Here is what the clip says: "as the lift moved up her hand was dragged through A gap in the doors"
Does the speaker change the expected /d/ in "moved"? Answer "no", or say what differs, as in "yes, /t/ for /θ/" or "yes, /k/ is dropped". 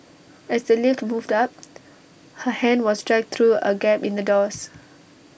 no